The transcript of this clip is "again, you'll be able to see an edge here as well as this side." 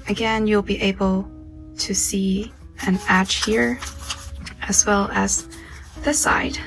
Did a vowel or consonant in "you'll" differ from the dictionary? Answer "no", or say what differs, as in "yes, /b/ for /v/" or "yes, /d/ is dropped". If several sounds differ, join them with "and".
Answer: no